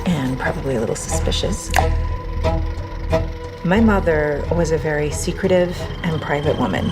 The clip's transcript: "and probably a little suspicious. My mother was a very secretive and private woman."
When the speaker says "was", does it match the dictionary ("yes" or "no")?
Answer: yes